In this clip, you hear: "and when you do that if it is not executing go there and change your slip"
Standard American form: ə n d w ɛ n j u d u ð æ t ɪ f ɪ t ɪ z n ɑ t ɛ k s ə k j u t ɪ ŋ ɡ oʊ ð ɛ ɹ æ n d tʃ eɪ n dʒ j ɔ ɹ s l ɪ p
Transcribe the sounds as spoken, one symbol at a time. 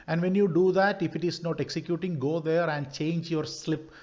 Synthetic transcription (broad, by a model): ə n d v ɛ n j u d u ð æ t ɪ f ɪ t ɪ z n ɑ t ɛ k s ə k j u t ɪ ŋ ɡ oʊ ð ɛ ɹ æ n d tʃ eɪ n dʒ j ɔ ɹ s l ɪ p